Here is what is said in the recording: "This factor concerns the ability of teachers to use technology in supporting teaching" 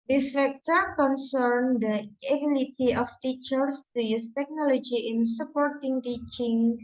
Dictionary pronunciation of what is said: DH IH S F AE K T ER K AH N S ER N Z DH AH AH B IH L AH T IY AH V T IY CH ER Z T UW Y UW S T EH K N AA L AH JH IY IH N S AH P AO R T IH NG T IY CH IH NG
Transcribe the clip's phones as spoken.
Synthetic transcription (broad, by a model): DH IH S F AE K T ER K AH N S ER N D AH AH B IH L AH T IY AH F T IY CH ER S T UW Y UW S T EH K N AA L AH JH IY IH N S AH P AO R T IH NG T IY CH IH NG